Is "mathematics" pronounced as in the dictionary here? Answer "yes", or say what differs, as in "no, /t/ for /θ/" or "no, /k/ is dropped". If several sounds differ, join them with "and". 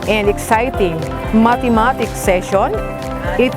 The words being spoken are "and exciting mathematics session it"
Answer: no, /t/ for /θ/